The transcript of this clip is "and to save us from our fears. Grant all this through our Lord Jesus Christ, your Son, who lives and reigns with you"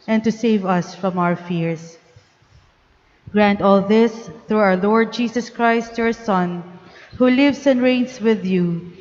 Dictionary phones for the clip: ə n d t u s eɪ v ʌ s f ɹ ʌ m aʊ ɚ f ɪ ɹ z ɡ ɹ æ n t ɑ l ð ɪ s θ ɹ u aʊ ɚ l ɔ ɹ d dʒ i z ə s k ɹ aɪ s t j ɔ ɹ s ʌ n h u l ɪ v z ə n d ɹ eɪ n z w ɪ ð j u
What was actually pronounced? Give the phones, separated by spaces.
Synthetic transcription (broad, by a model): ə n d t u s eɪ v ʌ s f ɹ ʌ m aʊ ɚ f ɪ ɹ s ɡ ɹ æ n t ɑ l ð ɪ s θ ɹ u aʊ ɚ l ɔ ɹ d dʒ i s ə s k ɹ aɪ s t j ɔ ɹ s ʌ n h u l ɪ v s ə n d ɹ eɪ n s w ɪ ð j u